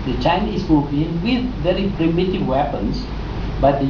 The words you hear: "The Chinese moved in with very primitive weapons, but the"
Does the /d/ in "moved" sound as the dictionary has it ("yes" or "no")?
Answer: no